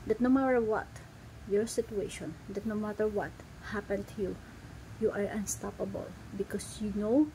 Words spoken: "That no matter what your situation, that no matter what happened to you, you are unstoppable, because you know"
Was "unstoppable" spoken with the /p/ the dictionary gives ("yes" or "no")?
yes